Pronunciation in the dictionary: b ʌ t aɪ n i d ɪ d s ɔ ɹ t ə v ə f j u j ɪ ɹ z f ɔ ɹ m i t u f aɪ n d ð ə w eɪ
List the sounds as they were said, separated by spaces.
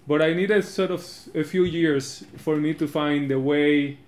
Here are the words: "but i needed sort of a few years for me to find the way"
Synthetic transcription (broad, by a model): b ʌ t aɪ n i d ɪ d s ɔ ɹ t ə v ə f j u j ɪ ɹ s f ɔ ɹ m i t u f aɪ n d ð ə w eɪ